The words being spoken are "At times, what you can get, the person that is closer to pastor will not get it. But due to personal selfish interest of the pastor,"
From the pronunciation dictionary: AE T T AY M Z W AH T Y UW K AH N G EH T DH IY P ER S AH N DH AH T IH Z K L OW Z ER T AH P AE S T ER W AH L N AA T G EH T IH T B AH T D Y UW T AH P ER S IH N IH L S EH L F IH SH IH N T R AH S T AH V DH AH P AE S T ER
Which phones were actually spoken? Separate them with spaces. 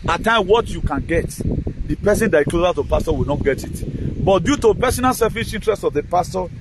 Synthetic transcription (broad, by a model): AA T T AY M W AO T Y UW K AH N G EH T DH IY P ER S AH N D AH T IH K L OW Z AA T AH P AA S T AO W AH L N AA T G EH T IH T B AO T D Y UW T AH P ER S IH N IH L S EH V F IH S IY N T R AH S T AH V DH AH P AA S T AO